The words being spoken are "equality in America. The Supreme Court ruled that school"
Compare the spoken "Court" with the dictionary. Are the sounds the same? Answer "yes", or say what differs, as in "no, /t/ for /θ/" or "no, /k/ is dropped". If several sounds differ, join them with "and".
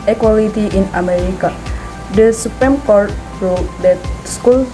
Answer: yes